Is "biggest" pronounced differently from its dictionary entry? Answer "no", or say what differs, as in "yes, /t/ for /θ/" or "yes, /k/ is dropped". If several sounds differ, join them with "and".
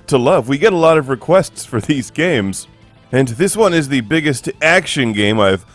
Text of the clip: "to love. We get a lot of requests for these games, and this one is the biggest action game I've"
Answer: no